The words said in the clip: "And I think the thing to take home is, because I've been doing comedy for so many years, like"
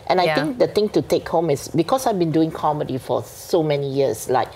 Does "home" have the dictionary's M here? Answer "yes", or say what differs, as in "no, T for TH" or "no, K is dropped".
yes